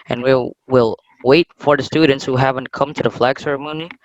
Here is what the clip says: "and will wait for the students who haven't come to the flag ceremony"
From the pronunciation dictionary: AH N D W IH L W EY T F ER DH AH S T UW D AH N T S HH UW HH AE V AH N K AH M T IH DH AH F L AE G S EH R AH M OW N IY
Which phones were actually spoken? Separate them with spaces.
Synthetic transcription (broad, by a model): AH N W W IH L W EY T F ER DH AH S T UW D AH N T S HH UW HH AE V AH N K AH M T IH DH AH F L AE G S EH R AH M OW N IY